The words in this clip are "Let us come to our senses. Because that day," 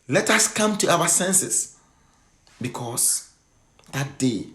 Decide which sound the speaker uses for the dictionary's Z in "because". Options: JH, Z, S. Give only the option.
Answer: S